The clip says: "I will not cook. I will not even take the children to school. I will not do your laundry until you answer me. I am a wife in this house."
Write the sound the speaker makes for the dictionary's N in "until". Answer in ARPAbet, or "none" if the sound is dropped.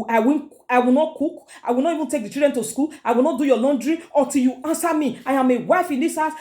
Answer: none